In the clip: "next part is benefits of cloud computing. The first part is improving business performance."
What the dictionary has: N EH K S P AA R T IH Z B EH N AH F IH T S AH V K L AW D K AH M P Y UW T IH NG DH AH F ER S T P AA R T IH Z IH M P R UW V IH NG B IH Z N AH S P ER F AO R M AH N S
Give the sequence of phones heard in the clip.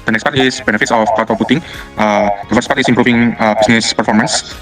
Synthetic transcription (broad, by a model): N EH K S P AA R T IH S B EH N AH F IH T S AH F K AW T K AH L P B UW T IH NG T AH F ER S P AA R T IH S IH M P R UW F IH NG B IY S N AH S P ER F AO R M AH N S